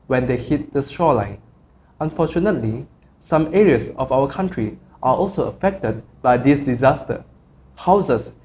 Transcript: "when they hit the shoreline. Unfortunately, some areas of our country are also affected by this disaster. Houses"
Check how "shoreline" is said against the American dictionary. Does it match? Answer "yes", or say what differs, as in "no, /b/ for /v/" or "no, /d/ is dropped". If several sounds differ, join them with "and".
no, /s/ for /ʃ/